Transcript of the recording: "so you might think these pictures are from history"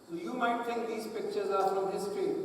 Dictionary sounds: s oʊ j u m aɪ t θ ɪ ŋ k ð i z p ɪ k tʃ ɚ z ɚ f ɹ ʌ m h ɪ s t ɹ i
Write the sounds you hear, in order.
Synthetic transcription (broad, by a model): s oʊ j u m aɪ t t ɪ ŋ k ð i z p ɪ k tʃ ɚ z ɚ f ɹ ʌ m h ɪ s t ɹ i